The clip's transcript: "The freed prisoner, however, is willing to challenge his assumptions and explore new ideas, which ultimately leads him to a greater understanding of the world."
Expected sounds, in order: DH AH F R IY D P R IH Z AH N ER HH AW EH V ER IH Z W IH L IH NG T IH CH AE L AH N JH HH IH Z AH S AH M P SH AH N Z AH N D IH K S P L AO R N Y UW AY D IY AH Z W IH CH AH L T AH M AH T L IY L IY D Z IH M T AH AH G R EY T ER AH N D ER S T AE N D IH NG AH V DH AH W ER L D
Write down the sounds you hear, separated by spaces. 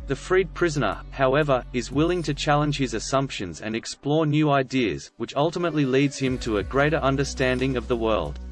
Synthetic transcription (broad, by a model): DH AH F R IY D P R IH Z AH N ER HH AW EH V ER IH Z W IH L IH NG T IH CH AE L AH N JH HH IH Z AH S AH M P SH AH N Z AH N IH K S P L AO R N Y UW AY D IY AH Z W IH CH AH L T AH M AH T L IY L IY D Z IH M T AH AH G R EY T ER AH N D ER S T AE N D IH NG AH V DH AH W ER L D